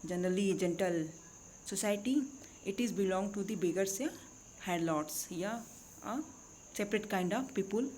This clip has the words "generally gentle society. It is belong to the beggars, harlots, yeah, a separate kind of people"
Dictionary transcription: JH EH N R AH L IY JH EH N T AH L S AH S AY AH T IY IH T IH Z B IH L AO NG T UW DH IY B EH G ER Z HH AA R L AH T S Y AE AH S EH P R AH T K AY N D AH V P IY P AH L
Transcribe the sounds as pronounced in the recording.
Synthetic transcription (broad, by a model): JH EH N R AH L IY JH EH N T AH L S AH S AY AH T IY IH T IH Z B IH L AO NG T UW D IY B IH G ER S HH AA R L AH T S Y AH S EH P R AH T K AY N D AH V P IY P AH L